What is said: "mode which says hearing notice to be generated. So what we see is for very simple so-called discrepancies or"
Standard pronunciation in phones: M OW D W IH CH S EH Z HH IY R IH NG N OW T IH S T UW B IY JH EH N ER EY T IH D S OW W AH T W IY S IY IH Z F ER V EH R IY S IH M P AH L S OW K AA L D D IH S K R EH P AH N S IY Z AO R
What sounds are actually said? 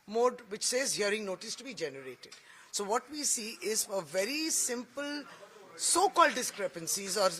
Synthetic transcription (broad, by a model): M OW D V IH CH S EH Z HH IY R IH NG N OW T IH S T UW B IY JH EH N ER EY T IH D S OW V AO T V IY S IY IH Z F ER V EH R IY S IH M P AH L S OW K AA L D D IH S K R EH P AH N S IY Z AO R